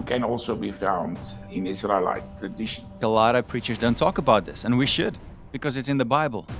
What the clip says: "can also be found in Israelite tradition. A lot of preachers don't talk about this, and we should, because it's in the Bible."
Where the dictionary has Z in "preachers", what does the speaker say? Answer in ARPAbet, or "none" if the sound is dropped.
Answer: Z